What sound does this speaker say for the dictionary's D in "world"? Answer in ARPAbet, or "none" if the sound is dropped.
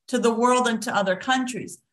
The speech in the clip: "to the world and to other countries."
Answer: D